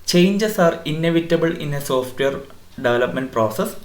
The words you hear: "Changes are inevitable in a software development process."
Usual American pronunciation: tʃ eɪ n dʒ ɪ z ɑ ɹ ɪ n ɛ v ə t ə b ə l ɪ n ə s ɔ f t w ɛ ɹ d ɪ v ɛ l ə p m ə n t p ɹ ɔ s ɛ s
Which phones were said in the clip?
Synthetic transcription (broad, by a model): tʃ eɪ n dʒ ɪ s ɑ ɹ ɪ n ɛ v ə t ə b ə l ɪ n ə s ɔ f t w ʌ ɹ d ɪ v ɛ l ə p m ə n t p ɹ ɔ s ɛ s